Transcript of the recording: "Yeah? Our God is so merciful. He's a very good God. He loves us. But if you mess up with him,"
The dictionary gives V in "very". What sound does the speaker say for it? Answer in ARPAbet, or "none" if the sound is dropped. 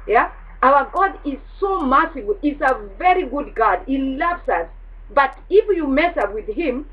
V